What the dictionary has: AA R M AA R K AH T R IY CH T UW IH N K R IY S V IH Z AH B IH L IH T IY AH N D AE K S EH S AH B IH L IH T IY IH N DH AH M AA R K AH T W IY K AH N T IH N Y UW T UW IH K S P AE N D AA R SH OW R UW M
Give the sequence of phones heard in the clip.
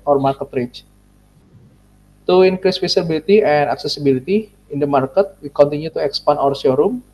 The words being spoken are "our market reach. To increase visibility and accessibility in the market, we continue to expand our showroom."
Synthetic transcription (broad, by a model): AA R M AA R K AH T R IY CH T UW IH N K R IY S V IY S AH B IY L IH T IY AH N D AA K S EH S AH B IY L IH T IY IH N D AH M AA R K AH T W IY K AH N T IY N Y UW T UW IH K S P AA N AA R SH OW R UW M